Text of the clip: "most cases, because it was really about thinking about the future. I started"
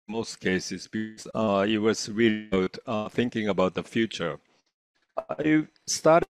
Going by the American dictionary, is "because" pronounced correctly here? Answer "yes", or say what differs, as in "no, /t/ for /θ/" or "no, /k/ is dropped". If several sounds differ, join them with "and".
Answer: no, /z/ is dropped